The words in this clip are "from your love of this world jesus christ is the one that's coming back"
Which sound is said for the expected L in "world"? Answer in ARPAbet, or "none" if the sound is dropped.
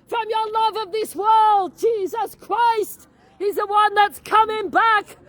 L